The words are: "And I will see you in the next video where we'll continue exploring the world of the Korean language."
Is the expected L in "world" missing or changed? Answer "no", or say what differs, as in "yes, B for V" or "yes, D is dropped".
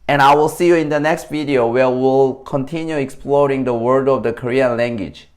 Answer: yes, L is dropped